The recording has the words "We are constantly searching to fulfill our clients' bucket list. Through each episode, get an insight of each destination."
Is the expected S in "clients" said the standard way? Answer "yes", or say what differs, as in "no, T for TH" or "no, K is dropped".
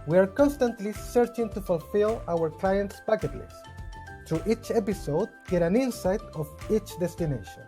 yes